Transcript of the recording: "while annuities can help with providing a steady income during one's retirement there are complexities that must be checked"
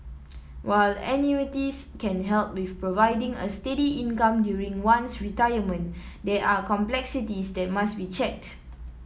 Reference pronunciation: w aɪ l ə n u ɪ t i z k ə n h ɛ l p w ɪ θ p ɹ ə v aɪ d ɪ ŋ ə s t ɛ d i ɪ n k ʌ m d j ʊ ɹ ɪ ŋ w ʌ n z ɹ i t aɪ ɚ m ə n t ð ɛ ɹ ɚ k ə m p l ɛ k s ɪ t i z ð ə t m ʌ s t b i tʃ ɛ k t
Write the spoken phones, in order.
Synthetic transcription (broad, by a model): w aɪ l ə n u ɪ t i s k ə n h ɛ l p w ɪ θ p ɹ ə v aɪ d ɪ ŋ ə s t ɛ d i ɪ n k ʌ m d j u ɹ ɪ ŋ w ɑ n s ɹ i t aɪ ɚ m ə n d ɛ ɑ k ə m p l ɛ k s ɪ t i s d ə t m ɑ s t b i tʃ ɛ k t